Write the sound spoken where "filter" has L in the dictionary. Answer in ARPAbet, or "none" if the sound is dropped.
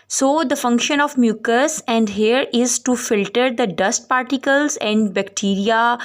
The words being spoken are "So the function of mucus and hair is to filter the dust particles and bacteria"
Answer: L